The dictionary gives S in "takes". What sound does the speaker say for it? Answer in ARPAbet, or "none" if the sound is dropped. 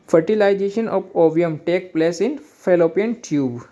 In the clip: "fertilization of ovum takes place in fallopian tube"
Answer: none